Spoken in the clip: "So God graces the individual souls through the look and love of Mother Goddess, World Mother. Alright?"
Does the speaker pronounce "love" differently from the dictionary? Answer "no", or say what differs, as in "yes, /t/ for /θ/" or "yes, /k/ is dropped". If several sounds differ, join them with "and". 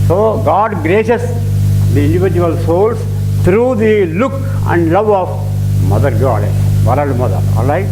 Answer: no